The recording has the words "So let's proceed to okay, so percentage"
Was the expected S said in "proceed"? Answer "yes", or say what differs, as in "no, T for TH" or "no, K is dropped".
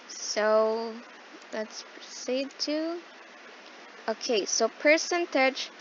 no, S is dropped